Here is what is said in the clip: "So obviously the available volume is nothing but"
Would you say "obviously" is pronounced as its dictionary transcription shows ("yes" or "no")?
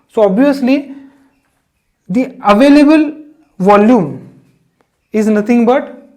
yes